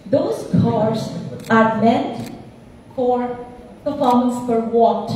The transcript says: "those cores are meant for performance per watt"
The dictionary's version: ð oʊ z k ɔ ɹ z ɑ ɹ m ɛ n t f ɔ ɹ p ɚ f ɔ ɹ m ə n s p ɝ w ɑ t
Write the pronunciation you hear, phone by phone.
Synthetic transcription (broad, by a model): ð oʊ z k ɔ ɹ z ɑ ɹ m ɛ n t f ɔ ɹ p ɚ f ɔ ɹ m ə n s f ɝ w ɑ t